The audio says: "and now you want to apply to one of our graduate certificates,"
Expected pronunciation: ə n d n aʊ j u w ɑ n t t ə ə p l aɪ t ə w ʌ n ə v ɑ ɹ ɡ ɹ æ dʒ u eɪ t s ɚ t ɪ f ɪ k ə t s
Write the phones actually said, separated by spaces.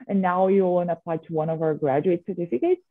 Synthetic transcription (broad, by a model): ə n n aʊ j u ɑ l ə ə p l aɪ t ə w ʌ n ə v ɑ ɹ ɡ ɹ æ dʒ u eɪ t s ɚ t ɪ f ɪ k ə t s